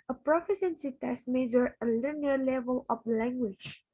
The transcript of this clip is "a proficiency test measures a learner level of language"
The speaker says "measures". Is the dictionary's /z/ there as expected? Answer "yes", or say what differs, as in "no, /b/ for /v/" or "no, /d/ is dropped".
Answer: no, /z/ is dropped